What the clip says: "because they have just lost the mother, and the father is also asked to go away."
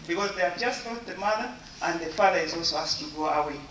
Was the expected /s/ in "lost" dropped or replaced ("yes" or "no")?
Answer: yes